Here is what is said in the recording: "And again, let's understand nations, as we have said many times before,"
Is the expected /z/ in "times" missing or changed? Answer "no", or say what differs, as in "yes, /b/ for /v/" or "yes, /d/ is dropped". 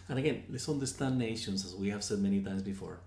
no